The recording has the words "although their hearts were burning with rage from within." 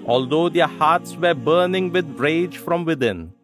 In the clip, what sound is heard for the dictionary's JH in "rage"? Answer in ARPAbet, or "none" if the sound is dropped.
JH